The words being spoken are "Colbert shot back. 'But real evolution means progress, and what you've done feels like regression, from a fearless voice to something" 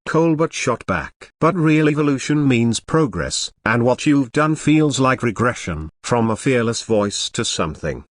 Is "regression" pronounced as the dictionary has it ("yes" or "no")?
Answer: yes